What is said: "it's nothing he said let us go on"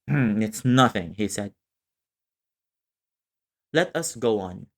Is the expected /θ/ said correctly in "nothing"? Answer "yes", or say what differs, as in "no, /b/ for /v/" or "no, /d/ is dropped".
yes